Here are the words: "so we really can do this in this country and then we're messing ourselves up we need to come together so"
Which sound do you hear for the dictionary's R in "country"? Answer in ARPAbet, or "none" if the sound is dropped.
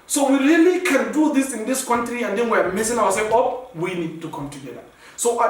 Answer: R